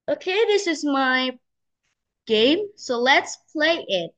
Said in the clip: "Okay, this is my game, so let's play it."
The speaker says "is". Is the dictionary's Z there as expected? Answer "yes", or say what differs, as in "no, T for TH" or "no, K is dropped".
yes